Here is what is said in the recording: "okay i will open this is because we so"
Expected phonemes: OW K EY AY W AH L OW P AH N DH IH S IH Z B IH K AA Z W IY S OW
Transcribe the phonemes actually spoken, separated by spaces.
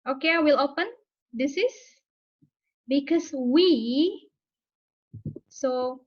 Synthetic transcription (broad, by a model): OW K EY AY W AH L OW P AH N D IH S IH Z B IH K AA S W IY S OW